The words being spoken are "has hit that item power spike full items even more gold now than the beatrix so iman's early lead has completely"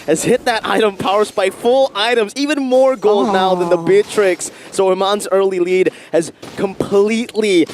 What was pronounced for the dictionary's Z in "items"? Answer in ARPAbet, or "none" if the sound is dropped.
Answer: Z